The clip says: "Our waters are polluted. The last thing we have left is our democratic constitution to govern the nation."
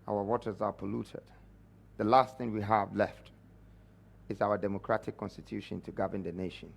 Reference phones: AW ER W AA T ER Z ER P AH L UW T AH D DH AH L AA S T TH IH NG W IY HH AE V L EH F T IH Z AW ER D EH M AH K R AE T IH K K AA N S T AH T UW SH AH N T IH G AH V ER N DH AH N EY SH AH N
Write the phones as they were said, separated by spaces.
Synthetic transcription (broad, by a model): AW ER W AA T ER Z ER P AH L UW T AH D DH AH L AA S T TH IH NG W IY HH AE V L EH F T IH Z AW ER D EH M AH K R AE T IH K K AA N S T AH T UW SH AH N T IH G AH V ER N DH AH N EY SH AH N